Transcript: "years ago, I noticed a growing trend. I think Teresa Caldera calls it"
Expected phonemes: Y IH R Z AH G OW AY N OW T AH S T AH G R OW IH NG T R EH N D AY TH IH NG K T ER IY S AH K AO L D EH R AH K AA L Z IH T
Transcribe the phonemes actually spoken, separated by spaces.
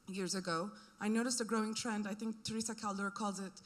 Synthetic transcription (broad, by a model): Y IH R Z AH G OW AY N OW T AH S T AH G R OW IH NG T R EH N D AY TH IH NG K T ER IY S AH K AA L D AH R K AA L Z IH T